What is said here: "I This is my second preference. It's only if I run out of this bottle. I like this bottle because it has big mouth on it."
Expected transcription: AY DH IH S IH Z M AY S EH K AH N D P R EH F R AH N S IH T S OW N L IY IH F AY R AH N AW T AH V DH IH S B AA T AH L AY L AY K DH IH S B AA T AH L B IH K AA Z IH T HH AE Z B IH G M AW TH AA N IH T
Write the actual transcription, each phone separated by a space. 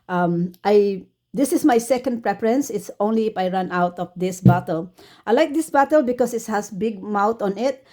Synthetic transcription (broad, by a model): AY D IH S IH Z M AY S EH K AH N D P R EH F R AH N S IH T S OW N L IY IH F AY R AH N AW T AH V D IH S B AA T AH L AY L AY K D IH S B AA T AH L B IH K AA S IH T HH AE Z B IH G M AW T AA N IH T